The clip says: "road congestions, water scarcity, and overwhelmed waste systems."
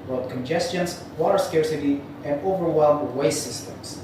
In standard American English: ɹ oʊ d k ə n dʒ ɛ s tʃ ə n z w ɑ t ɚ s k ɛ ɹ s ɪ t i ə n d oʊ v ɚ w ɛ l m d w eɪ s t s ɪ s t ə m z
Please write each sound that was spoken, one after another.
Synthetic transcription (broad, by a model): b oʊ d k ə n dʒ ɛ s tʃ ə n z w ɑ t ɚ s k ɛ ɹ s ɪ t i ə n d oʊ v ɚ w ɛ l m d w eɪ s s ɪ s t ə m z